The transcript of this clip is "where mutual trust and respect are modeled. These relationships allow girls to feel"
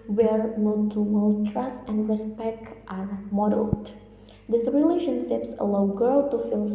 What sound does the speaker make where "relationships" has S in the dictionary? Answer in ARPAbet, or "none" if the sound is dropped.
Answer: S